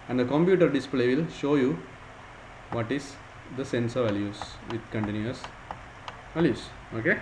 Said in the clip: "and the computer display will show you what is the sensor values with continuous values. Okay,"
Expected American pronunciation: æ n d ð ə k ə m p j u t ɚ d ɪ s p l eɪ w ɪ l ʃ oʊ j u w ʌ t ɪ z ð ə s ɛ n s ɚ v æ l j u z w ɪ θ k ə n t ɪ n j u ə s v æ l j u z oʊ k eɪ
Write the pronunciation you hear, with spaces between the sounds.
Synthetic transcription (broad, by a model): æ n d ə k ə m p j u t ɚ d ɪ s p l eɪ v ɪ l ʃ oʊ j u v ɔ t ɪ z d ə s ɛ n s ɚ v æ l j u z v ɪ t k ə n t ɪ n j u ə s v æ l j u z oʊ k eɪ